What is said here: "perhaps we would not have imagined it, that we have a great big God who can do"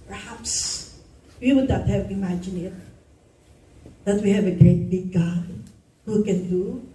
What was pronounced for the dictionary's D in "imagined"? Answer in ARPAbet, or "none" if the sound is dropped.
none